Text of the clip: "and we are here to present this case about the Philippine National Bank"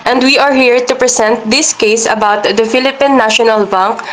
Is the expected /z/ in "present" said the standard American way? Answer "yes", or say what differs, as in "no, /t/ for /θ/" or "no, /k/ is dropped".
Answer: no, /s/ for /z/